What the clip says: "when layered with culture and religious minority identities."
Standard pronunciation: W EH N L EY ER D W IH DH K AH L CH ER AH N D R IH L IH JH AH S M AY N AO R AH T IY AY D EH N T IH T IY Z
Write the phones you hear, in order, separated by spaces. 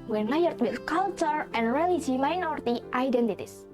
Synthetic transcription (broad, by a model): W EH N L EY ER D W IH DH K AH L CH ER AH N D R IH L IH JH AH M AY N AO R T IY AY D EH N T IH T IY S